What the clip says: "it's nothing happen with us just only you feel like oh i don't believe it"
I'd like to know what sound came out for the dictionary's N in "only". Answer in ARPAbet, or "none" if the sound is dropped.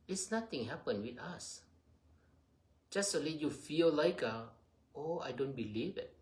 none